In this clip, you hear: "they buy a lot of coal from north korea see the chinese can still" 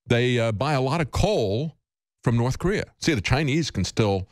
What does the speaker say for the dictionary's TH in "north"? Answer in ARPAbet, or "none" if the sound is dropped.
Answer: TH